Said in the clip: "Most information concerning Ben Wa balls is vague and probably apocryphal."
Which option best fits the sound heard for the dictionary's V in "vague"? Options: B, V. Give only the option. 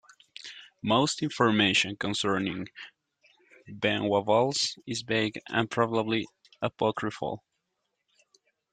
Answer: B